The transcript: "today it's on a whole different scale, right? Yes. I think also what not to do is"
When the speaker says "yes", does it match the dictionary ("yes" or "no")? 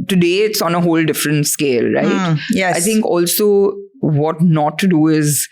no